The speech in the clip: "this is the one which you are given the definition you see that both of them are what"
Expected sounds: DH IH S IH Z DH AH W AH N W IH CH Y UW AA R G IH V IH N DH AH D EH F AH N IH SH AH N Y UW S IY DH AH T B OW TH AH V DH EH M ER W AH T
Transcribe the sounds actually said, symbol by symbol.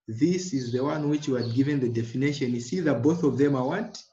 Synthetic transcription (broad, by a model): DH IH S IH Z DH AH W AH N W IH CH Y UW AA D G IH V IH N DH AH D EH F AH N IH SH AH N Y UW S IY DH AH T B OW TH AH V DH EH M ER W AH T